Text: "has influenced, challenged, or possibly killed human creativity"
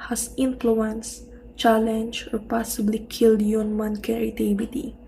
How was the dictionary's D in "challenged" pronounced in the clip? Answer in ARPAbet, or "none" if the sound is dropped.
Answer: none